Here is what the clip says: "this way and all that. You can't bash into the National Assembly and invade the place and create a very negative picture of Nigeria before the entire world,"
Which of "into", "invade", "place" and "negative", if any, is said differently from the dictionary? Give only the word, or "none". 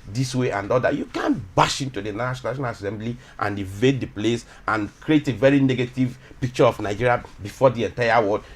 invade